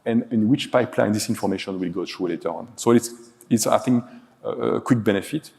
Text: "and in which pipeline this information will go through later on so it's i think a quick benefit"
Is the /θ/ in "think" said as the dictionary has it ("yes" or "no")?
no